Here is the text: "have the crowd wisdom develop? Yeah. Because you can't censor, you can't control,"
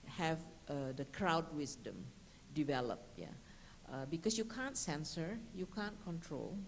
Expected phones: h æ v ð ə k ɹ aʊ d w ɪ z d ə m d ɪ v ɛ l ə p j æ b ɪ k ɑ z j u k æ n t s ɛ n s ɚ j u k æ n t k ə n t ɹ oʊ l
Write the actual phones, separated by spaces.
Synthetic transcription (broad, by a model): h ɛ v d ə k ɹ aʊ d w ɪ s d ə m d ɪ v ɛ l ə p j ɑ b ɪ k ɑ s j u k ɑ n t s ɛ n s ɚ j u k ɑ n k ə n t ɹ oʊ l